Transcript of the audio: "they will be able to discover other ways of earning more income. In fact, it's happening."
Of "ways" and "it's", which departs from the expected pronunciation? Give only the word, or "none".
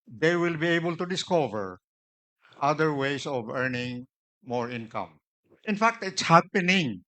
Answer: ways